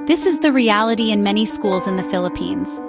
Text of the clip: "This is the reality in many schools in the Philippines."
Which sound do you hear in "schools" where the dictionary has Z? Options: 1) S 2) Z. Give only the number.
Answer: 2